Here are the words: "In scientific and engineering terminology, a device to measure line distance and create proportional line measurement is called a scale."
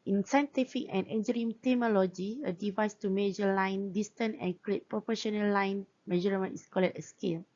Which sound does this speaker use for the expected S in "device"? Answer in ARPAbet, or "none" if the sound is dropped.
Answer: S